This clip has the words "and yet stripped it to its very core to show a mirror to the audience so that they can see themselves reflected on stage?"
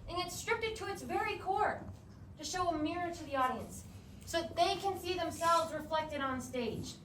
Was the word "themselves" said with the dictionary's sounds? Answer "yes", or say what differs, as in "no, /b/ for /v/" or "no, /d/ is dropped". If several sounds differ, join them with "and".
yes